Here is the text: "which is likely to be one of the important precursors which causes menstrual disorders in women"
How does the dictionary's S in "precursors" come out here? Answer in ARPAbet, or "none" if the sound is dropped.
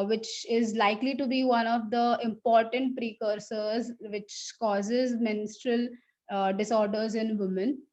S